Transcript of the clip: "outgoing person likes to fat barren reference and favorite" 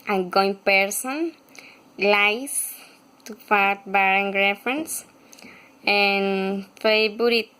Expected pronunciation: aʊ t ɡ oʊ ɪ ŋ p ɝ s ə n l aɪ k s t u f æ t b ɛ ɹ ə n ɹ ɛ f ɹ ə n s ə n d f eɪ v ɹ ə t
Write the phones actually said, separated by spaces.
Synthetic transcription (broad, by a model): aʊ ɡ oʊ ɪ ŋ p ɝ s ə n l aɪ s t u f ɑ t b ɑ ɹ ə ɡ ɹ ɛ f ɹ ə n s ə n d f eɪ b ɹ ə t